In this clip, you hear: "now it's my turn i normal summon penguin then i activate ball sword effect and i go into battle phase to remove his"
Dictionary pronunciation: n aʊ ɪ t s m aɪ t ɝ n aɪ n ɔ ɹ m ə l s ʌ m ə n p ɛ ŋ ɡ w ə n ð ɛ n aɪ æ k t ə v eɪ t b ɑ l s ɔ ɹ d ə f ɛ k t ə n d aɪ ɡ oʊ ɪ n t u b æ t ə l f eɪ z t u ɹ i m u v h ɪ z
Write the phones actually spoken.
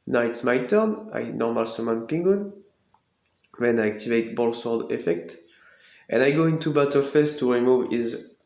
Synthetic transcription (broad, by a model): n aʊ ɪ t s m aɪ t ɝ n aɪ n ɔ ɹ m ə l s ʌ m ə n p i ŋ ɡ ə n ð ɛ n aɪ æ k t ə v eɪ t b ɑ l s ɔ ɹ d ə f ɛ k t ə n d aɪ ɡ oʊ ɪ n t u b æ t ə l f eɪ s t u ɹ i m u v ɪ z